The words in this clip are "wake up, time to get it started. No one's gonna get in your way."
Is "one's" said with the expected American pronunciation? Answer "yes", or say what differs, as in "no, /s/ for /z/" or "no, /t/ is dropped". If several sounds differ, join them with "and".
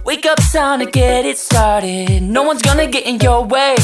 yes